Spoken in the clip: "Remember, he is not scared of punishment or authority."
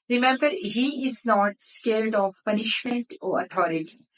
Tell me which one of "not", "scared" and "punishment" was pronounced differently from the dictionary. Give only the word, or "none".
scared